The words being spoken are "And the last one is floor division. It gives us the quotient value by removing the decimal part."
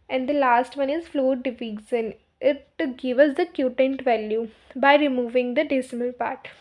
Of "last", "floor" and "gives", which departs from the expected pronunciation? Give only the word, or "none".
gives